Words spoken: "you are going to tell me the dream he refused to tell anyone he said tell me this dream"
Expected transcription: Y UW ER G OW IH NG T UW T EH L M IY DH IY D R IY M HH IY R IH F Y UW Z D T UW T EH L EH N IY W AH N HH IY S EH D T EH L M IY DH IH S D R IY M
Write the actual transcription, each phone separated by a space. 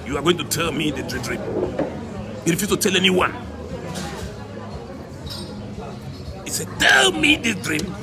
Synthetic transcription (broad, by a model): Y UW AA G OW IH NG T UW T EH L M IY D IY D R IY M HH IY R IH F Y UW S T UW T EH L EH N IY W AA N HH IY S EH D T EH L M IY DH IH D R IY M